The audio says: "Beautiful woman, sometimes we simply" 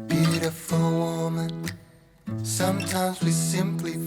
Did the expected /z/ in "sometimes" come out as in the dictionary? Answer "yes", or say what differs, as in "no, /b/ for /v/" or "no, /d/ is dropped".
yes